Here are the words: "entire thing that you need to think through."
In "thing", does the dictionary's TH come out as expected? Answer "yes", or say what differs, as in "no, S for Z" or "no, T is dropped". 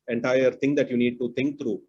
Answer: no, T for TH